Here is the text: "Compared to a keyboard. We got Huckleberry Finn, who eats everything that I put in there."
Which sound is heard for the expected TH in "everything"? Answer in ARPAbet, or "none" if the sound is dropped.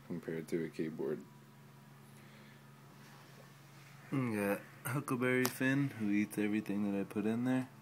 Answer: TH